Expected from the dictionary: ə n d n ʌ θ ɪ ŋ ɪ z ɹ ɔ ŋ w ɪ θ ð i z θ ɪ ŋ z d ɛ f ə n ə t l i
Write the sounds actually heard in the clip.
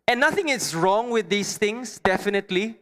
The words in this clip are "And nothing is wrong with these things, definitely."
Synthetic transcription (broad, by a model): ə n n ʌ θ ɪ ŋ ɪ s ɹ ɔ ŋ w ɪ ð i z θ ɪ ŋ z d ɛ f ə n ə t l i